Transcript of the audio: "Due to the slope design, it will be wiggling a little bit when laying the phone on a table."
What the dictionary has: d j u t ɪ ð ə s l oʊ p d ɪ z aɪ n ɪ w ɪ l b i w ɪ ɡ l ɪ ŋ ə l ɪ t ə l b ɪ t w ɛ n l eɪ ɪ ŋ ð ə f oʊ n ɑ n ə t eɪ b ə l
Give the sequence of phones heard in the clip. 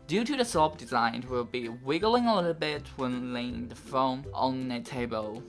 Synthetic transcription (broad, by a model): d j u t ɪ ð ə s oʊ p d ɪ z aɪ n w ɪ l b i w ɪ ɡ l ɪ ŋ ə l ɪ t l b ɪ t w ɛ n l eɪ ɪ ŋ ð ə f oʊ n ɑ n ə t eɪ b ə l